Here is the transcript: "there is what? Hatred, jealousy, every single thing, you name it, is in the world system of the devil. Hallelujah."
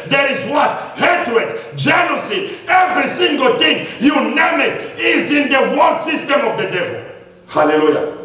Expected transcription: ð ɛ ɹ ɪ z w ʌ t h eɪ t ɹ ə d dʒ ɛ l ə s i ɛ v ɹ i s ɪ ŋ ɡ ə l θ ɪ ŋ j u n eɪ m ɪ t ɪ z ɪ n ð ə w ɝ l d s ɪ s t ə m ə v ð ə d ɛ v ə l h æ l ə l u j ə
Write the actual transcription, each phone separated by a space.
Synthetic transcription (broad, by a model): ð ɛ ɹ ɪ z w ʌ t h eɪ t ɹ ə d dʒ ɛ n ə s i ɛ v ɹ i s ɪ ŋ ɡ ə l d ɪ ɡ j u n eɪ m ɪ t ɪ z ɪ n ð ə w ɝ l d s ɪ s t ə m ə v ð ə d ɛ v ə l h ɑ l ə l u j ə